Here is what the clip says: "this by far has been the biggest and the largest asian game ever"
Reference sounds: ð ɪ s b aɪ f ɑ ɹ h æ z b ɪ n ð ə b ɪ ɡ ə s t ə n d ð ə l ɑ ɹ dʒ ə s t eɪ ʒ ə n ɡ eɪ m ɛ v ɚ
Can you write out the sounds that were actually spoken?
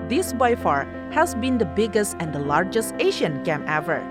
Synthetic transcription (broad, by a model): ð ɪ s b aɪ f ɑ ɹ h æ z b ɪ n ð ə b ɪ ɡ ə s t ə n d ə l ɑ ɹ dʒ ə s t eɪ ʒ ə n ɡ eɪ m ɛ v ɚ